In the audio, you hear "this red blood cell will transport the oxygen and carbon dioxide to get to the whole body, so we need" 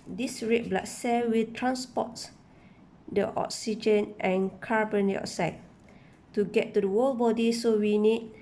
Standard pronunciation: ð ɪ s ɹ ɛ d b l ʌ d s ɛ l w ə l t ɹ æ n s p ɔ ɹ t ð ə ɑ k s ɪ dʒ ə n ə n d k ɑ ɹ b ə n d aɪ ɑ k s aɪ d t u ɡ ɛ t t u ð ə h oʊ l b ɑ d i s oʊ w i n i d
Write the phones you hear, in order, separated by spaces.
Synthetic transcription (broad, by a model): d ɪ s ɹ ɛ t b l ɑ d s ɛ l w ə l t ɹ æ n s p ɔ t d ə ɑ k s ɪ dʒ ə n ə n k ɑ ɹ b ə n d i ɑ s aɪ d t u ɡ ɛ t t u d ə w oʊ l b ɑ d i s oʊ w i n i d